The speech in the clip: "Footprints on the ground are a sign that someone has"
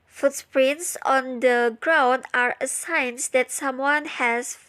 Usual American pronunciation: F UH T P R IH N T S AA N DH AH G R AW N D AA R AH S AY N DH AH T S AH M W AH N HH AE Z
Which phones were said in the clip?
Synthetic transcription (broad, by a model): F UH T P R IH N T S AA N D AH G R AW N D AA R AH S AY N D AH T S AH M W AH N HH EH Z